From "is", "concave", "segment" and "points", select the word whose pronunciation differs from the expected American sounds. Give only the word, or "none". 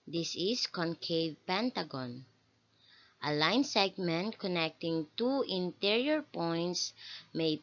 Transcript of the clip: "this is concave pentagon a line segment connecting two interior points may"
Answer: is